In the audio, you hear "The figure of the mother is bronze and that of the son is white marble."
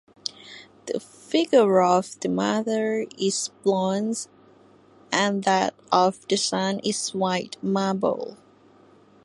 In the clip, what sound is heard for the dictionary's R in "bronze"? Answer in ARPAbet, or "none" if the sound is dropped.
L